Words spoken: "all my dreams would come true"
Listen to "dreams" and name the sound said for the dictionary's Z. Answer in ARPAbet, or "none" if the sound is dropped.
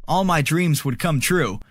Z